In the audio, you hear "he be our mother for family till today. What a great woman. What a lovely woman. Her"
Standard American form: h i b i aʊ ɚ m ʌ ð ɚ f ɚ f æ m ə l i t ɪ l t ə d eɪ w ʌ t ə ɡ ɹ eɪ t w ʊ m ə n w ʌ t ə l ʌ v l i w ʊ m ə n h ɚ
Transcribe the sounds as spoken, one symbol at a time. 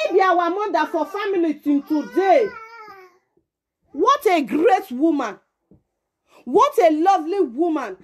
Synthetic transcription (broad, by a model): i b i aʊ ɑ m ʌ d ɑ f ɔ f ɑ m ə l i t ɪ n t ə d eɪ w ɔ t ə ɡ ɹ eɪ t w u m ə n w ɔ t ə l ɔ v l i w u m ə n